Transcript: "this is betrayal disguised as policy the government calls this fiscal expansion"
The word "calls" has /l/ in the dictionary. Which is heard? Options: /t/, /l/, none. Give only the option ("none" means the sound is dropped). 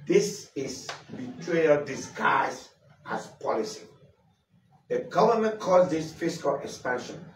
none